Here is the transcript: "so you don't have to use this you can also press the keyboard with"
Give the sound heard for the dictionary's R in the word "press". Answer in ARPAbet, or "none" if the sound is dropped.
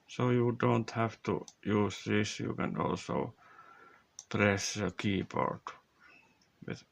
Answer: R